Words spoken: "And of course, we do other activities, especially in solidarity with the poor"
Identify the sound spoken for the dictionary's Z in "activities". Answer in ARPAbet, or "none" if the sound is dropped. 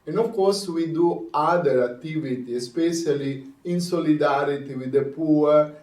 none